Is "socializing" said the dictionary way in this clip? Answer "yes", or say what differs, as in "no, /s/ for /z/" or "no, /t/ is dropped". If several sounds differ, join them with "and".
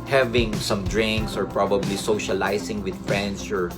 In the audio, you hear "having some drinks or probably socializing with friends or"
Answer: no, /s/ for /z/